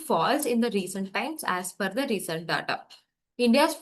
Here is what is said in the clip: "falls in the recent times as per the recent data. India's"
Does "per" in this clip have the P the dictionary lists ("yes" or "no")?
no